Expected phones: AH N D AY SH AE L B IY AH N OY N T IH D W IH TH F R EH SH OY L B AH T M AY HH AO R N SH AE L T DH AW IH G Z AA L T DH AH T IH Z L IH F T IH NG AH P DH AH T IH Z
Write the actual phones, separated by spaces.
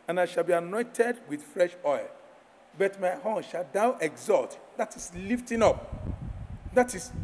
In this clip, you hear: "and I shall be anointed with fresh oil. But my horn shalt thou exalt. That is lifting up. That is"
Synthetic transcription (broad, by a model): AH N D AY SH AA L B IY AH N OY N T IH D W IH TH F R EH SH OY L B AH T M AY HH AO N SH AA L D AW IH G Z AA L T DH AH T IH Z L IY F T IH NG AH P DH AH T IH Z